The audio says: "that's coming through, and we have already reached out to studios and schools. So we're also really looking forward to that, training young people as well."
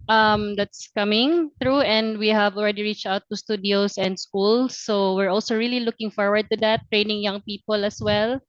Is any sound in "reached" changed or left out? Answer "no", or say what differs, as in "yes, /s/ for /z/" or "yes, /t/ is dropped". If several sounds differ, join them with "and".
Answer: no